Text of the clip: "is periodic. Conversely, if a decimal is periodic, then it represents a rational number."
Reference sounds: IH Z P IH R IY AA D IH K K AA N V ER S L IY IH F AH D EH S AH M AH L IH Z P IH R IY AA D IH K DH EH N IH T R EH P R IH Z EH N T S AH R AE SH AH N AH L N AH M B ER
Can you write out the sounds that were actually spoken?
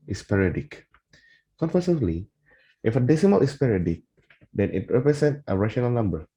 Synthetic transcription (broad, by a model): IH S P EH R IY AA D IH K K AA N F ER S L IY IH F AH D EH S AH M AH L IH S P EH R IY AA D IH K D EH N IH T R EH P R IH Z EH N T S AH R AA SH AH N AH L N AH M B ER